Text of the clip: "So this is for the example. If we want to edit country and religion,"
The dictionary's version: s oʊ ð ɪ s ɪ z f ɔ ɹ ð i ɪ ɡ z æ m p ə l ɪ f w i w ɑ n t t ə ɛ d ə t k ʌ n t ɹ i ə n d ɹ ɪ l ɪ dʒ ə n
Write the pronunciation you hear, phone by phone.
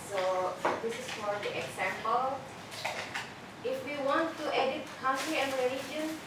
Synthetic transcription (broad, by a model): s oʊ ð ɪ s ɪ s f ɔ ɹ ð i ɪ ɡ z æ m p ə l ɪ f w i w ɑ n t t ɛ d ə t k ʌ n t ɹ i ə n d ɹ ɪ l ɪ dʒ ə n